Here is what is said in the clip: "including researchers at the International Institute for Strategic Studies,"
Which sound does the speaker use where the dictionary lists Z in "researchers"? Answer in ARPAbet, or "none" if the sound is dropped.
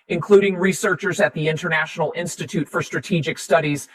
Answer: Z